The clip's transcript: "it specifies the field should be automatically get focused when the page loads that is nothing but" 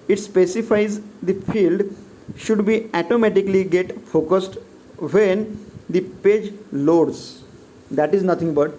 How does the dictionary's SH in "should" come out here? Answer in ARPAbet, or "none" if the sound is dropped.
SH